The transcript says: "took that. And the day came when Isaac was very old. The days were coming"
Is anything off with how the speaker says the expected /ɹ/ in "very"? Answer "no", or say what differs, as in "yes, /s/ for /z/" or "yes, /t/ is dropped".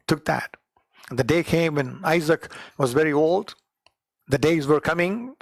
no